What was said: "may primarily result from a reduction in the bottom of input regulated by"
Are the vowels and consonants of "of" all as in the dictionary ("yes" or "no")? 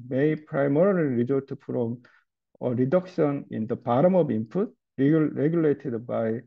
no